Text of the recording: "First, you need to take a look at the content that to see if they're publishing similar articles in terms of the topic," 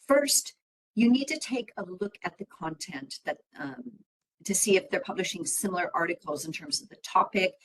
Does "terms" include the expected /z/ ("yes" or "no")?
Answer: yes